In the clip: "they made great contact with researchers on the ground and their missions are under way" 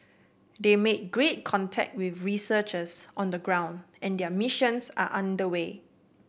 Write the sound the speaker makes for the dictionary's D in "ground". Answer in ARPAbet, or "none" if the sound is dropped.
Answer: D